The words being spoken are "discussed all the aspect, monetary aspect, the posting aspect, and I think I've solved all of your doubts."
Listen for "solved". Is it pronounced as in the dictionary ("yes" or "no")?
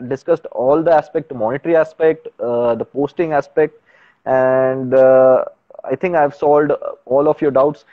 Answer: no